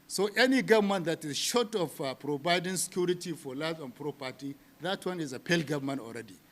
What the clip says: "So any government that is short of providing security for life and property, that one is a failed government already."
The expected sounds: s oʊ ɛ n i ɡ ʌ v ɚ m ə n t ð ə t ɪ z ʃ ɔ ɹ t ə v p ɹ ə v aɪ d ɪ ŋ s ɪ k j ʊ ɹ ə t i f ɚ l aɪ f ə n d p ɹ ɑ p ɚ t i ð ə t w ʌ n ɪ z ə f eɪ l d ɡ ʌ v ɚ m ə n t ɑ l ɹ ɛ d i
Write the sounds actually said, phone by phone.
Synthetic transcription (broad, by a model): s oʊ ɛ n i ɡ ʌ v m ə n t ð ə t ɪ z ʃ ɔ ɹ t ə f p ɹ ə b aɪ d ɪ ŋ s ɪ k j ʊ ɹ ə t i f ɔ l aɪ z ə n p ɹ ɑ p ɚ t i ð ə t w ʌ n ɪ z ə p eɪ l ɡ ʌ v m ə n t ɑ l ɹ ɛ d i